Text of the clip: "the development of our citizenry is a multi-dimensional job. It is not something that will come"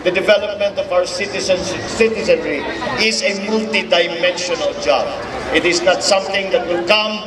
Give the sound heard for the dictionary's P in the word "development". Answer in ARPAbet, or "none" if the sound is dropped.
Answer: P